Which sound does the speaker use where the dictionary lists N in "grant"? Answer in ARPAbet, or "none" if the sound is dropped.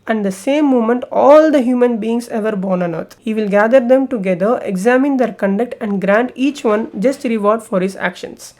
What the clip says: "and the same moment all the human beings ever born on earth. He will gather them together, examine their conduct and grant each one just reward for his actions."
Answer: N